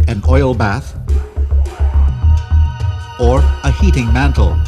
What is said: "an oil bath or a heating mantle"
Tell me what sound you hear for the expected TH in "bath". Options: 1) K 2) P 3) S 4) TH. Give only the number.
4